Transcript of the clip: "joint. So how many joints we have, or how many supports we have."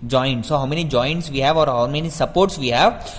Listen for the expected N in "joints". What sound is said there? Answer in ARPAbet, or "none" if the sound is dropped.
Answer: N